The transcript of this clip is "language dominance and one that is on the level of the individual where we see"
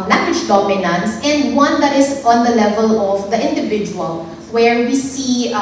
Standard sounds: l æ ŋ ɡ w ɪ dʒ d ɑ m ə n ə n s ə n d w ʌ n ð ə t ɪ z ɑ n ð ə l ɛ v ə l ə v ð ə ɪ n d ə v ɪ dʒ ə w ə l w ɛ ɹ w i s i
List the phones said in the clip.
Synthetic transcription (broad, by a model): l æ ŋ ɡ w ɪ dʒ d ɑ m ə n ə n s ə n d w ʌ n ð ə t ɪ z ɑ n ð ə l ɛ v ə l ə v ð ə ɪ n d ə v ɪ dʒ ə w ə l w ɛ ɹ w i s i